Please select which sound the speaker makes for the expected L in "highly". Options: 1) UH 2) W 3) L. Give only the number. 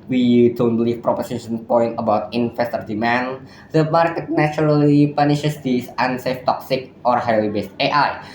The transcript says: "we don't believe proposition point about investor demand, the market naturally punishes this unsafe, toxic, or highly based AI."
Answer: 2